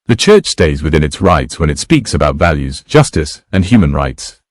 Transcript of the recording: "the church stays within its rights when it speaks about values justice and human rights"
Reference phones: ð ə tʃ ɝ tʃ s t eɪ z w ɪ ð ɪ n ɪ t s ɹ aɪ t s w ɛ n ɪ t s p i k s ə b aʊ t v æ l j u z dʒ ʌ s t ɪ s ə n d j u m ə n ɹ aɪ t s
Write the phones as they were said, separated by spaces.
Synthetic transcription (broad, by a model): ð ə tʃ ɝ tʃ s t eɪ z w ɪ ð ɪ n ɪ t s ɹ aɪ t s w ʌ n ɪ t s p i k s ə b aʊ t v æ l j u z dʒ ʌ s t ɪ s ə n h j u m ə n ɹ aɪ t s